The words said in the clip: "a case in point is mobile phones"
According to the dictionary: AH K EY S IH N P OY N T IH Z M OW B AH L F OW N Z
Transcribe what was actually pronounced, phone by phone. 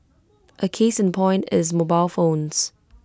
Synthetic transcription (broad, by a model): AH K EY S IH N P OY N T IH Z M OW B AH L F OW N Z